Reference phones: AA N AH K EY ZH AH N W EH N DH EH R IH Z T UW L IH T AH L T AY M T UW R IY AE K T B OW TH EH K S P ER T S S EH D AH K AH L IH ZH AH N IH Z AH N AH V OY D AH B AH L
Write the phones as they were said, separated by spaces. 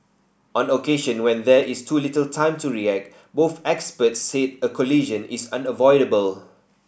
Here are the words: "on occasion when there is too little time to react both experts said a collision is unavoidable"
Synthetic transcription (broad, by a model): AA N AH K EY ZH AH N W EH N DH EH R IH S T UW L IH T AH L T AY M T UW R IY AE K T B OW TH EH K S P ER T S S EH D AH K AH L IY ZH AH N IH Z AH N AH V OY D AH B AH L